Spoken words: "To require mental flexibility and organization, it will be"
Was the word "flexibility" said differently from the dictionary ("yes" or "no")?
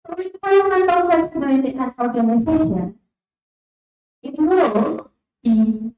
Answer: yes